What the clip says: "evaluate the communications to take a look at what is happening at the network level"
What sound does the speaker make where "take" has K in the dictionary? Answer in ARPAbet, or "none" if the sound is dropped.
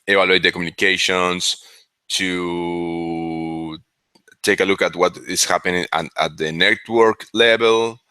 K